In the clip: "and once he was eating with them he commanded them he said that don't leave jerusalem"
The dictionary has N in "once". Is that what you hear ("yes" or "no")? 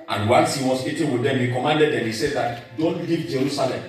no